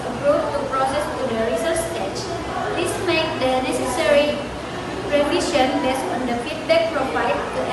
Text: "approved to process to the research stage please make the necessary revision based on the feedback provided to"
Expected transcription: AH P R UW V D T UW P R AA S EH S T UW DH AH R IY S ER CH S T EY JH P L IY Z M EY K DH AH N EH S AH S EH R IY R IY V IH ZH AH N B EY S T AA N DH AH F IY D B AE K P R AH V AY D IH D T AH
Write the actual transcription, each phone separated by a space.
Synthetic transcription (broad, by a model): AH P R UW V T UW P R AA S EH S T UW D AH R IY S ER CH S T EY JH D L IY S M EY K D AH N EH S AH S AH R IY R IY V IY SH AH N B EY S AA N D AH F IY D B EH K P R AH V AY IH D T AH